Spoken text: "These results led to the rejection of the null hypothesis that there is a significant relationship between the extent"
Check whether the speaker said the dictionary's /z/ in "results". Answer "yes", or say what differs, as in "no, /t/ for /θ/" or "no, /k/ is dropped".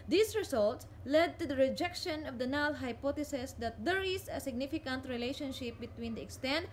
no, /s/ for /z/